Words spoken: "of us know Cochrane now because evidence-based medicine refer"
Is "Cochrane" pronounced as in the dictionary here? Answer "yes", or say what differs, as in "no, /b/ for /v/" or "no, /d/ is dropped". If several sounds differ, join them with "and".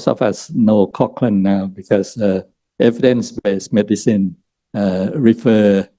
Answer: no, /l/ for /ɹ/